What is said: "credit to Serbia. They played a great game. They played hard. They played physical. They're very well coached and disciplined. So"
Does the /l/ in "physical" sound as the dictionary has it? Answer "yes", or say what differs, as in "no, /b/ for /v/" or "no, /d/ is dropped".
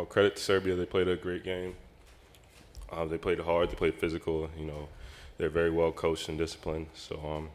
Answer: no, /n/ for /l/